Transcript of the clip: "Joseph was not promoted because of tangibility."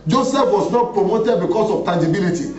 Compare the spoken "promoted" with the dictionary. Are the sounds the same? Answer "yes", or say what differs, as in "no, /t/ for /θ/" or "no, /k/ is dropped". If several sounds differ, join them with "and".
yes